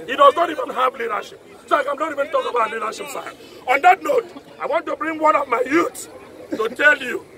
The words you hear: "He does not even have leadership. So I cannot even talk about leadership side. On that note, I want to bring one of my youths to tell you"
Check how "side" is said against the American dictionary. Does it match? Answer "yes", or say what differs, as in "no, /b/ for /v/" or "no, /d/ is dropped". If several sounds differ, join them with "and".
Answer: no, /d/ is dropped